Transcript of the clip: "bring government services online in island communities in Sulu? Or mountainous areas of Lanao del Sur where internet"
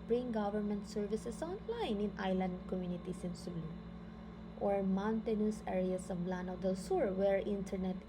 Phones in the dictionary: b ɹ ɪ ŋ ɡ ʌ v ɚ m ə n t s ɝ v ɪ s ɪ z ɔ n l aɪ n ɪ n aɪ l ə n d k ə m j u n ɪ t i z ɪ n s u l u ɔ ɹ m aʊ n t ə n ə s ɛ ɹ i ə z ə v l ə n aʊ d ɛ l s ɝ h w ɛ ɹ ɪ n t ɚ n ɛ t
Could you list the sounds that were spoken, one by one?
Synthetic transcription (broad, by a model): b ɹ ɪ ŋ ɡ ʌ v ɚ m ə n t s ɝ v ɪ s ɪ s ɔ n l aɪ n ɪ n aɪ l ə n d k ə m j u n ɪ t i s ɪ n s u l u ɔ ɹ m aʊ n t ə n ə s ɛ ɹ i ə s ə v l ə n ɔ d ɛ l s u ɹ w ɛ ɹ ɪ n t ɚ n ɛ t